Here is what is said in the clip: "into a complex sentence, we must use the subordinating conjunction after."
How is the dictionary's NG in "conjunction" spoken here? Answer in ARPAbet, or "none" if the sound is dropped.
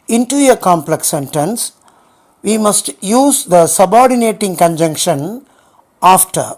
NG